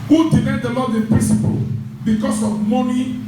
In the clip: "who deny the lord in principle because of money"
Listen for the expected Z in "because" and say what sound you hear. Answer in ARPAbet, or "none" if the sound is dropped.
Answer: S